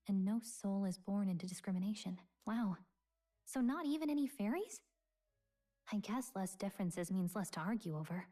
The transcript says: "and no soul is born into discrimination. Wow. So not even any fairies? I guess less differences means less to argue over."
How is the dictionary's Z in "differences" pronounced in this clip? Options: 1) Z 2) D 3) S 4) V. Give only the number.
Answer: 1